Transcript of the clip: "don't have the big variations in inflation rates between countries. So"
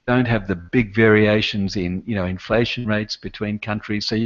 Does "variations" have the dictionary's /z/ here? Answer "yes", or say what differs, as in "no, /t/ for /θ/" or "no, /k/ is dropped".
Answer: yes